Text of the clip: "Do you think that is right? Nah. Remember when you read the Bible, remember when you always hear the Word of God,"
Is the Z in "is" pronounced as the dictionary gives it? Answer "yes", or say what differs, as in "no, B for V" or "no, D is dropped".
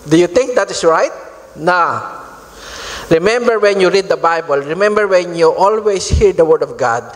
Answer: no, S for Z